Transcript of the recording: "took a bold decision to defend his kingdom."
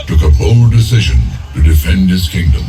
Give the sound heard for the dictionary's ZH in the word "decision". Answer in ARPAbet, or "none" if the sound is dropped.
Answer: ZH